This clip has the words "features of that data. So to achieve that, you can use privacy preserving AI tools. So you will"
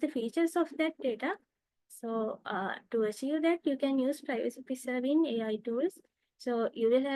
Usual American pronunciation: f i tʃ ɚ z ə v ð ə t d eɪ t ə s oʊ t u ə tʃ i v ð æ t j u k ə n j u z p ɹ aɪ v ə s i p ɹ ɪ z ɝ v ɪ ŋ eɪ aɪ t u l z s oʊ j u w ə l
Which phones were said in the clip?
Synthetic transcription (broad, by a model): f i tʃ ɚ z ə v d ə t d eɪ t ə s oʊ t u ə ʃ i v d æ t j u k ə n j u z p ɹ aɪ v ə s i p ɪ s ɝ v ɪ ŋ eɪ aɪ t u l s s oʊ j u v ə l